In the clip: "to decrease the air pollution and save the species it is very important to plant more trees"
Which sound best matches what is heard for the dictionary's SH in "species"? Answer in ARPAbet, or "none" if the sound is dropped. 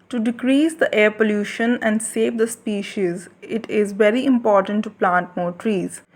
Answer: SH